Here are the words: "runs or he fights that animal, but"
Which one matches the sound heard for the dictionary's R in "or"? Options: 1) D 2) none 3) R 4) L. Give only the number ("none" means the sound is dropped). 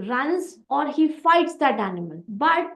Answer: 3